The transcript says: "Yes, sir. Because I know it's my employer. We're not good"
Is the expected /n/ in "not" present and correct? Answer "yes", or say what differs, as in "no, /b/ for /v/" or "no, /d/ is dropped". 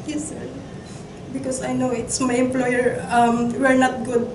yes